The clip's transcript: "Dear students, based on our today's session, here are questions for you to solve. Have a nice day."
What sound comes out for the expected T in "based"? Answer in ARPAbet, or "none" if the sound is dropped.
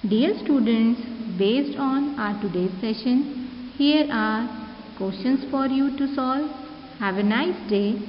T